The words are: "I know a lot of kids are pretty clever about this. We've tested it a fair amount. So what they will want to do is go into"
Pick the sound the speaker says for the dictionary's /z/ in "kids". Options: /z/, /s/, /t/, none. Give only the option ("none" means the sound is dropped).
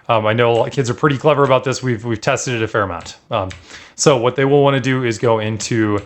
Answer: /z/